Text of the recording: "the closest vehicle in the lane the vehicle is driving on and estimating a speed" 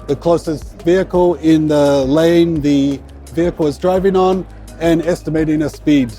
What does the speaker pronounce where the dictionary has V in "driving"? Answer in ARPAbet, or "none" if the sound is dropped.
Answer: V